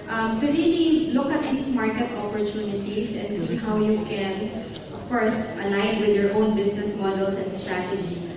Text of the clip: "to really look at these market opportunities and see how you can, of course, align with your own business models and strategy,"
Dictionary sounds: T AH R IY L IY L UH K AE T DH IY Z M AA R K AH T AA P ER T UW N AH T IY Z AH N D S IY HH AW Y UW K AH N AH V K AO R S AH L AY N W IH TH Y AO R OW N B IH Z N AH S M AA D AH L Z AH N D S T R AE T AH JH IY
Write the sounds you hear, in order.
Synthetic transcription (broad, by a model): T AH R IY L IY L UH K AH T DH IY S M AA R K AH T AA P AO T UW N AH T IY S AH N D S IY HH AW Y UW K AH N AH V K AO R S AH L AY N W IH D Y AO R OW N B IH S N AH S M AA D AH L S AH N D S T R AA T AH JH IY